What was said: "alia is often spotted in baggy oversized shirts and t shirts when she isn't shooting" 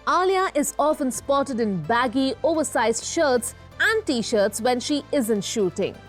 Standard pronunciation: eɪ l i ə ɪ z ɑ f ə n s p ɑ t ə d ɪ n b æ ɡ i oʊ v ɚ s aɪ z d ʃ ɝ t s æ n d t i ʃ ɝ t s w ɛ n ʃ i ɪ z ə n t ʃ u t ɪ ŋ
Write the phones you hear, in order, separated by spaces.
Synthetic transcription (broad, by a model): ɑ l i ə ɪ z ɑ f ə n s p ɑ t ə d ɪ n b æ ɡ i oʊ v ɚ s aɪ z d ʃ ɝ t s æ n d t i ʃ ɝ t s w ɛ n ʃ i ɪ z ə n t ʃ u t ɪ ŋ